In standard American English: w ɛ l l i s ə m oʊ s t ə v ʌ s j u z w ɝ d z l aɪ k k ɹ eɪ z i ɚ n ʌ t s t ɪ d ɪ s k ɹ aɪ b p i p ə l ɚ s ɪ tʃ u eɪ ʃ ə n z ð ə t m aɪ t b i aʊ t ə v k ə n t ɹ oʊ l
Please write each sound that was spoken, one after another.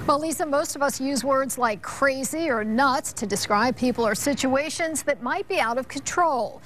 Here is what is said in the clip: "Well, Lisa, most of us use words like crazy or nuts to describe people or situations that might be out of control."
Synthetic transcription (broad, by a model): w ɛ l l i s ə m oʊ s t ə v ʌ s j u z w ɝ d z l aɪ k k ɹ eɪ z i ɚ n ʌ t s t ɪ d ɪ s k ɹ aɪ b p i p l ɚ s ɪ tʃ u eɪ ʃ ə n z ð ə t m aɪ t b i aʊ t ə v k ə n t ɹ oʊ l